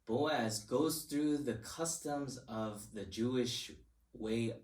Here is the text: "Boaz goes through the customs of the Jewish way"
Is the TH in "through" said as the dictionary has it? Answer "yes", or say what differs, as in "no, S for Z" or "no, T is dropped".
yes